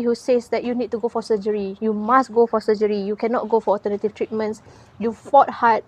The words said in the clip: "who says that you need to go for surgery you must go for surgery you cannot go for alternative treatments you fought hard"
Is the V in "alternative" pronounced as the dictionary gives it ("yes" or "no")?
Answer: no